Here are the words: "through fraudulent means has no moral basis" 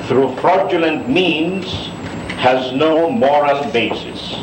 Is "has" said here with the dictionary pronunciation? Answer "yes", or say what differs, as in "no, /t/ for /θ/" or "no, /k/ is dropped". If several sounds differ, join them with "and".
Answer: yes